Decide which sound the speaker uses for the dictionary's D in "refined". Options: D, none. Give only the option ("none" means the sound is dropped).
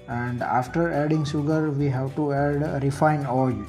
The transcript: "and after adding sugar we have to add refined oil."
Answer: none